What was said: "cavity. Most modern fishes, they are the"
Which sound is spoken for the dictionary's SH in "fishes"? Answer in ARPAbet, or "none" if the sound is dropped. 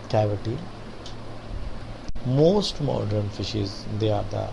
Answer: SH